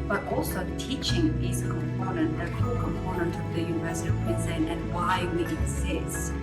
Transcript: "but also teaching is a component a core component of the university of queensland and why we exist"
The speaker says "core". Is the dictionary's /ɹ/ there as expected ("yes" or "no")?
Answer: no